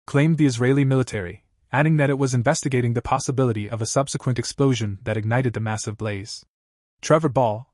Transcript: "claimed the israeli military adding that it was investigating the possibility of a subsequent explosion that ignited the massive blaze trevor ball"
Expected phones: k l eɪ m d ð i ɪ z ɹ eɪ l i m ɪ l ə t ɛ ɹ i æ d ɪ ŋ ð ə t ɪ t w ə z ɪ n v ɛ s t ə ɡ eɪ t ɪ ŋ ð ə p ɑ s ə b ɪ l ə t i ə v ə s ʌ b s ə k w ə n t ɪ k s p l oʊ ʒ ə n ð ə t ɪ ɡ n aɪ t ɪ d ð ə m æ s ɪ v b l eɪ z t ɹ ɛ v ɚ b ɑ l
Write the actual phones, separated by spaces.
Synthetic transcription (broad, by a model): k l eɪ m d ð i ɪ z ɹ eɪ l i m ɪ l ə t ɛ ɹ i æ d ɪ ŋ ð ə t ɪ t w ə z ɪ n v ɛ s t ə ɡ eɪ t ɪ ŋ ð ə p ɑ s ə b ɪ l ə t i ə v ə s ʌ b s ə k w ə n t ɪ k s p l oʊ ʒ ə n ð ə t ɪ ɡ n aɪ t ɪ d ð ə m æ s ɪ v b l eɪ z t ɹ ɛ v ɚ b ɑ l